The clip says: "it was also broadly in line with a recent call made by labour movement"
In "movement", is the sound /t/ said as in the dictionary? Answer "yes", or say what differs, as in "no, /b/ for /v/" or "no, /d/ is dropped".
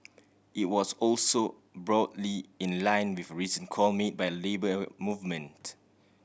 yes